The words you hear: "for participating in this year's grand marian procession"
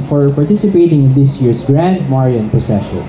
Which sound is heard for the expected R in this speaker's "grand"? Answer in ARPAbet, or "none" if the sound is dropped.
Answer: R